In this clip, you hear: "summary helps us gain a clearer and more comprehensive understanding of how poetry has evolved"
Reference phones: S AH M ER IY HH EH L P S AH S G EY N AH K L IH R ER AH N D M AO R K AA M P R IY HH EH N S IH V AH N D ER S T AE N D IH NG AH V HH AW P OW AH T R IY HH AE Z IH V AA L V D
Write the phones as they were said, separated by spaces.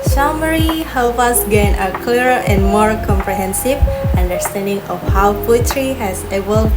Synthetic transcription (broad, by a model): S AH M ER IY HH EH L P AH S G EY N AH K L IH R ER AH N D M AO R K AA M P R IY HH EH N S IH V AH N D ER S T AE N D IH NG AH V HH AW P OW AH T R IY HH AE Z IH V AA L